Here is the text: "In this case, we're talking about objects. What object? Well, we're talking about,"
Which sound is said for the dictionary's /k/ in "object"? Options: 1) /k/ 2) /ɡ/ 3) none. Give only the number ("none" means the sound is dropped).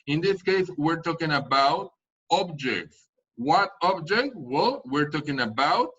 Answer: 1